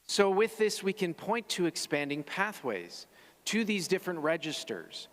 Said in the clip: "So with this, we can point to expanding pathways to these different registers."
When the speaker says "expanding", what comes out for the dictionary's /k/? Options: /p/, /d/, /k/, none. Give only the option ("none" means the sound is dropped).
/k/